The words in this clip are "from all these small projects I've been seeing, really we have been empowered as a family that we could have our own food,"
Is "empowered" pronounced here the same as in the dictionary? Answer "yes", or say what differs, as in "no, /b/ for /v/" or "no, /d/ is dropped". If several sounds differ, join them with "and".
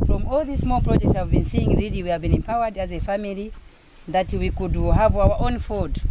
yes